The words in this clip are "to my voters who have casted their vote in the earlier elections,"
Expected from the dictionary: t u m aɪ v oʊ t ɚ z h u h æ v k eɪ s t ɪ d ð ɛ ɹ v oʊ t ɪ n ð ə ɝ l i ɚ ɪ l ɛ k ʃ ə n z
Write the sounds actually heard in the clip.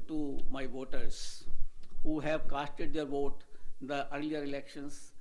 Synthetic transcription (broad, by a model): t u m aɪ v oʊ t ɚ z h u h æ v k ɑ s t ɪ d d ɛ ɹ v oʊ t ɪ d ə ɝ l i ɚ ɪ l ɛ k ʃ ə n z